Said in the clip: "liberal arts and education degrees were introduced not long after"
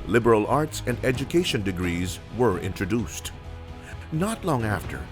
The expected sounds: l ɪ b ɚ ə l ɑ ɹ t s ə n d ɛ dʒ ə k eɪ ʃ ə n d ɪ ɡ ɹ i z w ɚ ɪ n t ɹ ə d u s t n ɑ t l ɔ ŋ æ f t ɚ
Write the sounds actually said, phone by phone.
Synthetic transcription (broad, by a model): l ɪ b ɚ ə l ɑ ɹ t s ə n d ɛ dʒ ə k eɪ ʃ ə n d ɪ ɡ ɹ i z w ɚ ɪ n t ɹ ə d u s t n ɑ t l ɔ ŋ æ f t ɚ